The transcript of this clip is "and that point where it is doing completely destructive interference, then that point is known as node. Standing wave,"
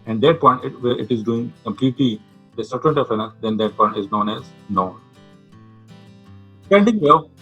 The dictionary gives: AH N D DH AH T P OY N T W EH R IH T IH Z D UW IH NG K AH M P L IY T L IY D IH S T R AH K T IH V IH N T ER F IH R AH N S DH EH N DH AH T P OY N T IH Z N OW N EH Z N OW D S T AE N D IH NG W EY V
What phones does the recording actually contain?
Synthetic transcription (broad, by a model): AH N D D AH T P OY N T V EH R IH T IH Z D UW IH NG K AH M P L IY T L IY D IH S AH T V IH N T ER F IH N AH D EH N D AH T P OY N T IH Z N OW N EH Z N OW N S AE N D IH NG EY